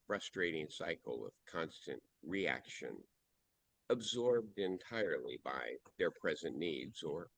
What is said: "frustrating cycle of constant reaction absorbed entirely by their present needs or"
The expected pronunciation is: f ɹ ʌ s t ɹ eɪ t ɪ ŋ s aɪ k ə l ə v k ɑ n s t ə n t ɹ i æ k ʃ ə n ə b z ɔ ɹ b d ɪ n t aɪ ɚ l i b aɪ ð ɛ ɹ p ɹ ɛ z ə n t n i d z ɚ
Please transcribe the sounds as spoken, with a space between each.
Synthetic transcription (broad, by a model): f ɹ ʌ s t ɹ eɪ t ɪ ŋ s aɪ k l ə v k ɑ n s t ə n t ɹ i æ k ʃ ə n ə b z ɔ ɹ b d ɪ n t aɪ ɚ l i b aɪ ð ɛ ɹ p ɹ ɛ z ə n n i d z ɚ